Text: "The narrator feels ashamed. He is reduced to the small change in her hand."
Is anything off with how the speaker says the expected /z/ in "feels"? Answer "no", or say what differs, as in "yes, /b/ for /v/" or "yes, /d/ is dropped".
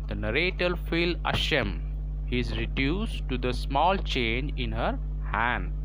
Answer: yes, /z/ is dropped